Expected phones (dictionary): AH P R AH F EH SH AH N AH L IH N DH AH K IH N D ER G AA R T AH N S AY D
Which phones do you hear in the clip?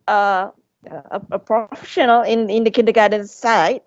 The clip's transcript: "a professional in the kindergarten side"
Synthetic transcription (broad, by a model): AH P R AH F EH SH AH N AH N IH N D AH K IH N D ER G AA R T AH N S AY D